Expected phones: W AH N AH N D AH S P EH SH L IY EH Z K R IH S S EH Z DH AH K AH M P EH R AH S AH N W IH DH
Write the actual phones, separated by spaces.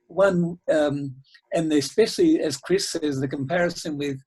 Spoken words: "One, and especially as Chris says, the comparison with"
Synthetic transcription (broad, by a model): W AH N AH N AH S P EH SH L IY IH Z K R IH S S EH Z DH AH K AH M P EH R AH S AH N W IH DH